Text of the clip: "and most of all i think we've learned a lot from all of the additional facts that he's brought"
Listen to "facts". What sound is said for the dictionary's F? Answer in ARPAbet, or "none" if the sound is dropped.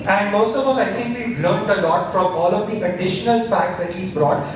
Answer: F